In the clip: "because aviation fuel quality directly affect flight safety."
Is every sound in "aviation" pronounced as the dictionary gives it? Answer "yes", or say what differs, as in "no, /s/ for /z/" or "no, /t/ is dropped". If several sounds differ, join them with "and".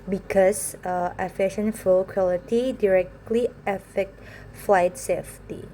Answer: no, /f/ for /v/